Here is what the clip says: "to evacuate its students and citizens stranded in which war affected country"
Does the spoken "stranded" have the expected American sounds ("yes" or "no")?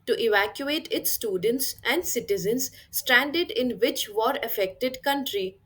yes